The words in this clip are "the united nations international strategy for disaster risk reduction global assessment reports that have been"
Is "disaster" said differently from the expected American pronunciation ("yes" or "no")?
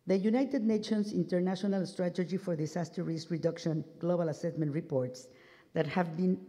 yes